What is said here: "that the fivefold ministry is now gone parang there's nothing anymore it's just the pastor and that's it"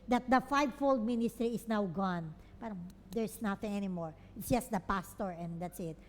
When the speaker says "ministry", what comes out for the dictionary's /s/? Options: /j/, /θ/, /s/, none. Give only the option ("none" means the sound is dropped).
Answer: /s/